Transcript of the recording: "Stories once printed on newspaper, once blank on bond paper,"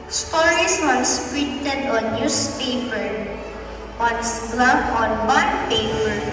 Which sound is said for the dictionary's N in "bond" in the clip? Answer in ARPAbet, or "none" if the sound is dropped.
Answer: none